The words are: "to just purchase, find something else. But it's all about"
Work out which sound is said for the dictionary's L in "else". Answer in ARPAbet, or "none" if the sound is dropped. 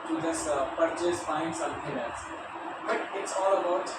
none